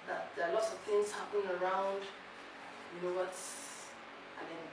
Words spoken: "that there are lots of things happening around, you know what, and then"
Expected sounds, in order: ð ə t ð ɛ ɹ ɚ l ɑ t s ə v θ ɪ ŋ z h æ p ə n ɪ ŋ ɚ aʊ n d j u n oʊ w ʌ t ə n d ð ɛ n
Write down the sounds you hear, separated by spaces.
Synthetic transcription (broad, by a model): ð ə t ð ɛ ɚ l ɑ t s ə v θ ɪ ŋ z h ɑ p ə n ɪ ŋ ɚ aʊ n d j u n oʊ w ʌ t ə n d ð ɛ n